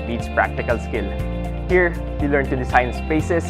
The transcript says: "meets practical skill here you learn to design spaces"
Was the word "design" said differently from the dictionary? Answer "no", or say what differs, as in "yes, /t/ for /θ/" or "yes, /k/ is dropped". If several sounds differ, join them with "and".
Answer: yes, /s/ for /z/